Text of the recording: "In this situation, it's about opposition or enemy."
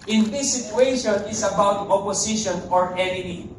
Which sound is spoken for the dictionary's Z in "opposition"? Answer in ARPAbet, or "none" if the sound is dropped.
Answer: S